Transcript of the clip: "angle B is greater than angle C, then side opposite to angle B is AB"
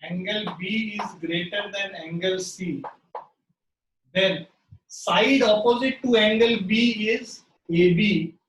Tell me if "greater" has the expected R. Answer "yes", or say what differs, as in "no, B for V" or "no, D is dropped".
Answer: yes